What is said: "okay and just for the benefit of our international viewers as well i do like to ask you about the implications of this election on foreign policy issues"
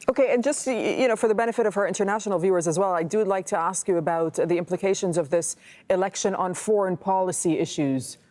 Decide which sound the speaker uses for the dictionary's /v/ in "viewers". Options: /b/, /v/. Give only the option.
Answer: /v/